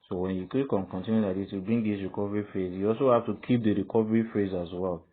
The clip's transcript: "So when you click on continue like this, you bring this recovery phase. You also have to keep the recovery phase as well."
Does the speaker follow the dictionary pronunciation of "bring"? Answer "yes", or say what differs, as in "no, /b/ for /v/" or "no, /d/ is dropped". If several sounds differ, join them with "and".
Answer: no, /ɹ/ is dropped